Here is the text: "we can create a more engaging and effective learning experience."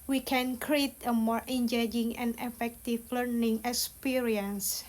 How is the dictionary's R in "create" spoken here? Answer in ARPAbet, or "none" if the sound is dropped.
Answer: R